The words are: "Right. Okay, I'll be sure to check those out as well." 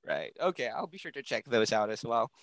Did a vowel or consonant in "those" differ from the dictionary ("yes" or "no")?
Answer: no